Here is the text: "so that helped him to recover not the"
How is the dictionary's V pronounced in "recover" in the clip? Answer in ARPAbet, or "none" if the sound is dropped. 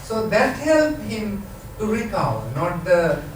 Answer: none